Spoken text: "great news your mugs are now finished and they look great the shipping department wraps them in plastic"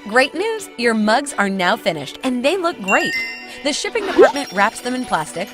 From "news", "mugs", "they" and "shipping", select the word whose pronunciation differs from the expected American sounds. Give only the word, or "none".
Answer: none